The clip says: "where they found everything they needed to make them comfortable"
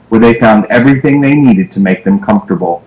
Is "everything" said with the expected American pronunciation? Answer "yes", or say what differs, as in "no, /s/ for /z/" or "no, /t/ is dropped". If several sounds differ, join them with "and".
yes